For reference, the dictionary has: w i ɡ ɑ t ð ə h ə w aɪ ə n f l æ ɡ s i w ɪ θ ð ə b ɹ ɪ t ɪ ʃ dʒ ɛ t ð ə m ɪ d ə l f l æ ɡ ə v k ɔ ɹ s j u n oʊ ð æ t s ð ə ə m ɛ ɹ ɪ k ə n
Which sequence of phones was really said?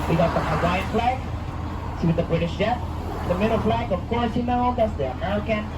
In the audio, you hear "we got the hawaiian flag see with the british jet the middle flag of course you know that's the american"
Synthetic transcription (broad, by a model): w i ɡ ɑ t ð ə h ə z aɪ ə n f l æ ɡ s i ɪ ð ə b ɹ ɪ t ɪ ʃ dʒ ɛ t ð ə m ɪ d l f l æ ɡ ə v k ɔ ɹ s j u n oʊ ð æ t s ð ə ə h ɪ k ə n